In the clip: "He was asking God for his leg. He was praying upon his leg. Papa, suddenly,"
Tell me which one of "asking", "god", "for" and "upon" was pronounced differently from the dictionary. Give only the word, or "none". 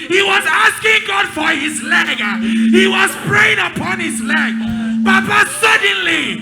none